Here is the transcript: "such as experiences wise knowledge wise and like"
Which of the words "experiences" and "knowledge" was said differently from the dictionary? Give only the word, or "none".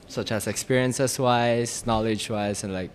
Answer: experiences